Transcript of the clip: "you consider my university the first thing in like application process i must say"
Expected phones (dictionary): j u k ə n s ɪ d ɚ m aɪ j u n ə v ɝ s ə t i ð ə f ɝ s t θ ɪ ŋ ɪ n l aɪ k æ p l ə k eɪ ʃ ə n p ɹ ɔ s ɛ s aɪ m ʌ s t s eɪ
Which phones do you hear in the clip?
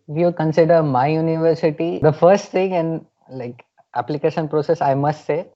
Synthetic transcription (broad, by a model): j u k ə n s ɪ d ɚ m aɪ j u n ə v ɝ s ə t i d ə f ɝ s t t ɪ ŋ ɪ n l aɪ k æ p l ə k eɪ ʃ ə n p ɹ ɔ s ɛ s aɪ m ʌ s t s eɪ